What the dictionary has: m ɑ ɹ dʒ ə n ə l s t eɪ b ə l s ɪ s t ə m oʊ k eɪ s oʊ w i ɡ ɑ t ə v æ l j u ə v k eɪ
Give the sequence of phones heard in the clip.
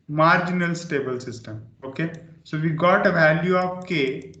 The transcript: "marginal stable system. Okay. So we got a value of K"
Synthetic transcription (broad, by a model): m ɑ ɹ dʒ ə n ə l s t eɪ b ə l s ɪ s t ə m oʊ k eɪ s oʊ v i ɡ ɑ t ə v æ l j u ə p k eɪ